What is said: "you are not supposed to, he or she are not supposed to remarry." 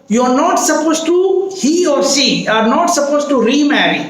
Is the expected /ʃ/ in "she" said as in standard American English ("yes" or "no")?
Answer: no